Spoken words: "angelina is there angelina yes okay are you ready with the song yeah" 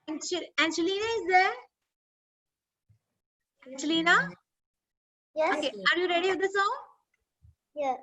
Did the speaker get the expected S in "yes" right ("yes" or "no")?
no